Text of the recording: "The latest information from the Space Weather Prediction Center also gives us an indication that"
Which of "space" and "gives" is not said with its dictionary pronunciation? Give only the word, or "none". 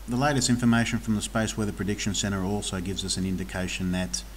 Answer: none